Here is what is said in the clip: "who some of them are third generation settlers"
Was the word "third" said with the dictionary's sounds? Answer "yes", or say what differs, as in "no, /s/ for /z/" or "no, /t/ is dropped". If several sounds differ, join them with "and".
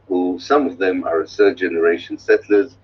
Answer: no, /s/ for /θ/